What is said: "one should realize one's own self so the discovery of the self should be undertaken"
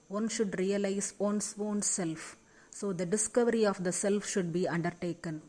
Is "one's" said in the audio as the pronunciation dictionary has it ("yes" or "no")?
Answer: no